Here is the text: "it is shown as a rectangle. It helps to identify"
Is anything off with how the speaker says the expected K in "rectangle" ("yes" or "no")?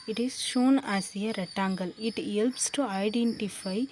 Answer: yes